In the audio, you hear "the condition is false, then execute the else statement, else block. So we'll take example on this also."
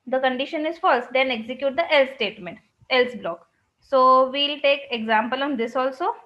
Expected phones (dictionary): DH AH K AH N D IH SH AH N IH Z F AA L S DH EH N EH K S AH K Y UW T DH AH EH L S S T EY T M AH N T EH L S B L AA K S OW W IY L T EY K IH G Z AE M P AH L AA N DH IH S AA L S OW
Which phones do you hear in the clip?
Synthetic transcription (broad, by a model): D AH K AH N D IH SH AH N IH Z F AA L S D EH N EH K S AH K Y UW T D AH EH L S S T EY T M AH N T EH L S B L AA K S OW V IY L T EY K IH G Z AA M P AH L AA N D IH S AA L S OW